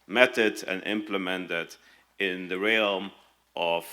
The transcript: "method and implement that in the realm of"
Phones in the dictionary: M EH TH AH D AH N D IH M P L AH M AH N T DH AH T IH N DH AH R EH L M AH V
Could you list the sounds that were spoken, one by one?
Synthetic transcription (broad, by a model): M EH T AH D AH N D IH M P L AH M AH N T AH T IH N DH AH R EH L M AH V